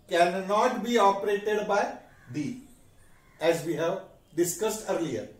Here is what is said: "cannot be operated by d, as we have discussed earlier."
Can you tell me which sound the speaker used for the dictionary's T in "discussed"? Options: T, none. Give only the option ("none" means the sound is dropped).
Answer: T